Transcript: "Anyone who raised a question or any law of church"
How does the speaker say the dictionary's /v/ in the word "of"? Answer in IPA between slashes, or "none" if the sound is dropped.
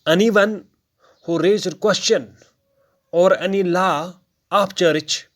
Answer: /p/